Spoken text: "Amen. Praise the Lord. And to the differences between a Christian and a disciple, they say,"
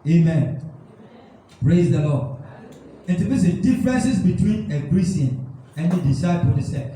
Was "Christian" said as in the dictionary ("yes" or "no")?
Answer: no